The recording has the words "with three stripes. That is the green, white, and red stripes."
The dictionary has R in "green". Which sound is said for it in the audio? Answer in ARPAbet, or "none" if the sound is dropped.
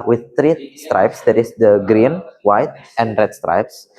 R